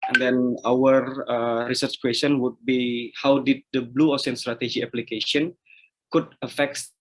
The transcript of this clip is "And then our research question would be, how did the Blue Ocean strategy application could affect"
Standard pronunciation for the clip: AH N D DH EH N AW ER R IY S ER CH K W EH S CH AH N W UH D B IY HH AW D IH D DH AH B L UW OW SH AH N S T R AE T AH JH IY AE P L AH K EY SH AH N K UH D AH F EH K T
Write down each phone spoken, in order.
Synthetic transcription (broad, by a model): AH N D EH N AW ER R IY S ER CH K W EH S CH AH N W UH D B IY HH AW D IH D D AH B L UW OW S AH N S T R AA T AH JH IY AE P L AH K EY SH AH N K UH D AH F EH K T